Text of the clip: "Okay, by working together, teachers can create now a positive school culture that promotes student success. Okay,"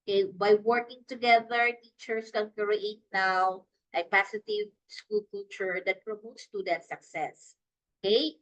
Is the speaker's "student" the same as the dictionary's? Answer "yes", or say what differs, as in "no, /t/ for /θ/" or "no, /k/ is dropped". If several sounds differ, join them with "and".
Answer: no, /n/ is dropped